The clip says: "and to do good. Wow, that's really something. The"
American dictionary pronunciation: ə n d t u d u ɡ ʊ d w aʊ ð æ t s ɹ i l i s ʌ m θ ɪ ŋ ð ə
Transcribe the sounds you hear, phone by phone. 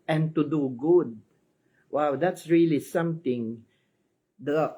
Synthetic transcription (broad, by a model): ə n t u d u ɡ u d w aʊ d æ t s ɹ i l i s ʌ m t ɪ ŋ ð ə